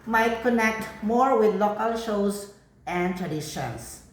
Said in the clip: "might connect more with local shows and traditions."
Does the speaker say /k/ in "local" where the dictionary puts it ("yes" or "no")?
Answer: yes